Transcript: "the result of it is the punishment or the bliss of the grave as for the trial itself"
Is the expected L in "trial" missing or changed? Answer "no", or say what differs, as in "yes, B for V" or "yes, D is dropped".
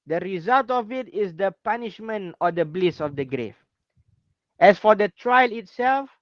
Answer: no